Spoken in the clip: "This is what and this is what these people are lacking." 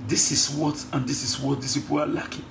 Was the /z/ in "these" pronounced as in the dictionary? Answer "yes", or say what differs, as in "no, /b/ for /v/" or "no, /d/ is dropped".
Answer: no, /s/ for /z/